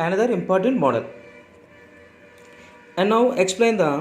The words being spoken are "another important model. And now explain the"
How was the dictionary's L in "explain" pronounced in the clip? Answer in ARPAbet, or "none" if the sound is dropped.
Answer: L